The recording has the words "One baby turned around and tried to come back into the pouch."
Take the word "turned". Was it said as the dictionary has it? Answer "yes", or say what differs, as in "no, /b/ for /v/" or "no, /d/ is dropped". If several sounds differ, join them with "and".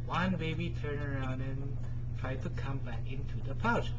no, /d/ is dropped